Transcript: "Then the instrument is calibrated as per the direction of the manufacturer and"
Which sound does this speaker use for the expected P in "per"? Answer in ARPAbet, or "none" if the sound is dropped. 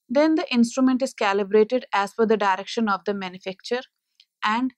F